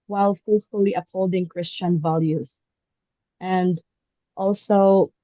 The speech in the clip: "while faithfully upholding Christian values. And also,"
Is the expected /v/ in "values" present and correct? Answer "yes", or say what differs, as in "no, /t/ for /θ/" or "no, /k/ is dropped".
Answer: yes